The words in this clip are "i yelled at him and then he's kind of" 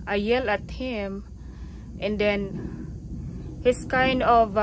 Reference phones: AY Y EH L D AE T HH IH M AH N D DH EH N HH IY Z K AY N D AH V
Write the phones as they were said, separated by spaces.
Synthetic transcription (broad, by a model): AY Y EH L AE T HH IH M AH N D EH N HH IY S K AY N D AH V